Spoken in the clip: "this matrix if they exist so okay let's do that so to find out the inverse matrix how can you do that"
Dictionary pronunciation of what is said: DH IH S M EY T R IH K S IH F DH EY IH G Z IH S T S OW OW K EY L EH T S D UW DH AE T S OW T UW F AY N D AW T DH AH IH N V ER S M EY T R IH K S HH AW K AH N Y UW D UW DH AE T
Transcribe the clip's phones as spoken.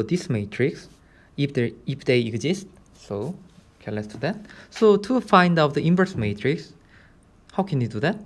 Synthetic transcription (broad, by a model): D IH S M EY T R IH K S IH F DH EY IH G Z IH S T S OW OW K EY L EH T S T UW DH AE T S OW T UW F AY N D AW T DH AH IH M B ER S M EY T R IH K S HH AW K AH N Y UW D UW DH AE T